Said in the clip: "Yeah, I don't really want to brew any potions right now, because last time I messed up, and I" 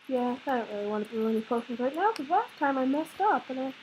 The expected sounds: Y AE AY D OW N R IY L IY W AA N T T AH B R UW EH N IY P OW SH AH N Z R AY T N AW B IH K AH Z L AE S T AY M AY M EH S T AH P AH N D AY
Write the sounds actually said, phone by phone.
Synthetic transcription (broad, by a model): Y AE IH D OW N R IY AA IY W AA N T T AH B UW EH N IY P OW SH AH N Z R AY T N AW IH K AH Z L AE S T AY M AY M EH S T AH P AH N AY